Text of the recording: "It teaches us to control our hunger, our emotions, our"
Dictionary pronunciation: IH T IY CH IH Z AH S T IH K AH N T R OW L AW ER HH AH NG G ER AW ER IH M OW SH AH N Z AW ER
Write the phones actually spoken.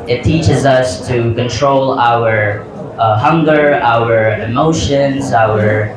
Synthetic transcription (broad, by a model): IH T IY CH IH Z AH S T IH K AH N T R OW L AW ER HH AH NG G ER AW ER IH M OW SH AH N Z AW ER